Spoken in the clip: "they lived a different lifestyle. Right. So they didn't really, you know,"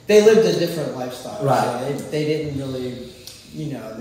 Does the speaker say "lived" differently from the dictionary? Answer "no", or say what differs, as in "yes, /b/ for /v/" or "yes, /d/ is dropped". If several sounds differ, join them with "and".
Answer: no